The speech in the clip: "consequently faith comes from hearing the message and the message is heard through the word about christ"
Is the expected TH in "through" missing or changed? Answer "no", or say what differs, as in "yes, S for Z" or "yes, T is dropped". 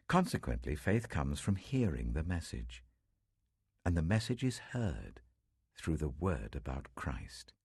no